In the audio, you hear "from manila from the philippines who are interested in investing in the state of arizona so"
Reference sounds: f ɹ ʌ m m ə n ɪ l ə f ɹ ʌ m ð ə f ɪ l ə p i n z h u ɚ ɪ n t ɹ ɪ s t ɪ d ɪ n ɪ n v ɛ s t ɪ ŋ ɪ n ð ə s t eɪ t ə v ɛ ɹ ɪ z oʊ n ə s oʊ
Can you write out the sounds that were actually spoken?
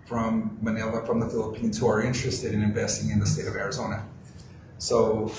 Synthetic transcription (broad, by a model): f ɹ ʌ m m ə n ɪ l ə f ɹ ʌ m ð ə f ɪ l ə p i n z h u ɚ ɪ n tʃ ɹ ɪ s t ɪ d ɪ n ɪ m v ɛ s t ɪ ŋ ɪ n ð ə s t eɪ t ə v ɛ ɹ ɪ z oʊ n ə s oʊ